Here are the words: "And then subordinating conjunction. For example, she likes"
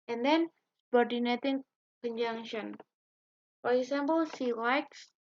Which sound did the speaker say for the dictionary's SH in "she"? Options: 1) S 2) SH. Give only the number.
1